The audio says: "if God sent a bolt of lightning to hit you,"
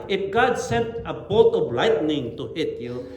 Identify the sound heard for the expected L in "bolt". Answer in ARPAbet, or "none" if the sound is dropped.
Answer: none